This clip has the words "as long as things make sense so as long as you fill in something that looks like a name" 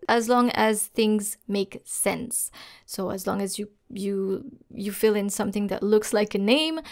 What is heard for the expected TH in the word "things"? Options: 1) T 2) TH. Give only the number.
2